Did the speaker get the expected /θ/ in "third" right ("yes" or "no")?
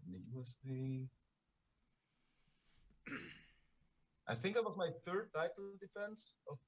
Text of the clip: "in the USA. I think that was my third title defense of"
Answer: yes